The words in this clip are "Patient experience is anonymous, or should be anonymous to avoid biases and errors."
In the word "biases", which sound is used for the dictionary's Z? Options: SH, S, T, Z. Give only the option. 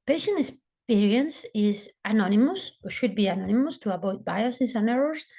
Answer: S